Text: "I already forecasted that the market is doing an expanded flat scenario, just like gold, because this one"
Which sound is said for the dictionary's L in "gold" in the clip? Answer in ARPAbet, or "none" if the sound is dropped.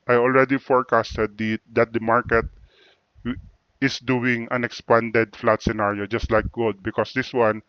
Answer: none